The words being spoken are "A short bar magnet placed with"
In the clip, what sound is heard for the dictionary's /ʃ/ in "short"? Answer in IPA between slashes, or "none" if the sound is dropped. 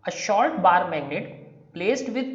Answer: /ʃ/